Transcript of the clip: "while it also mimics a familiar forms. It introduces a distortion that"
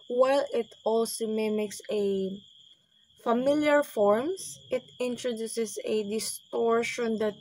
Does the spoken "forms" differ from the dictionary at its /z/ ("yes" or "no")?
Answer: yes